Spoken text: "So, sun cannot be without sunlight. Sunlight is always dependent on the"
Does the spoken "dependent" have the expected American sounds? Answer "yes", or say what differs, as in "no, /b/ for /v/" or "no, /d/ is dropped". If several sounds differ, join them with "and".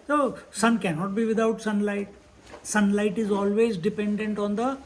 yes